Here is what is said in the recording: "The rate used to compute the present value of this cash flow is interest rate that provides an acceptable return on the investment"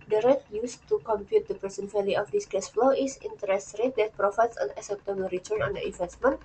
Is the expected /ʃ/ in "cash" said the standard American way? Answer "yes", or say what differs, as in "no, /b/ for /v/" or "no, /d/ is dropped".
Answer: no, /s/ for /ʃ/